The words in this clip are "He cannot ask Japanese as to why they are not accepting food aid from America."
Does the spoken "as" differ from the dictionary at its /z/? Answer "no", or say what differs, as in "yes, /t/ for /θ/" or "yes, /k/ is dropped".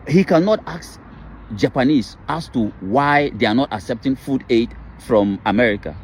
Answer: yes, /s/ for /z/